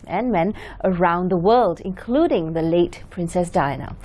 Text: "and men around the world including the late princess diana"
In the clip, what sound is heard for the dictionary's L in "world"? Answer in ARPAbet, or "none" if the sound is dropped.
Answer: L